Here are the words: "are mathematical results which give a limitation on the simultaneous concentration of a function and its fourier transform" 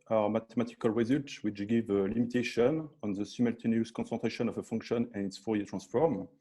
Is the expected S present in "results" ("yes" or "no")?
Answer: no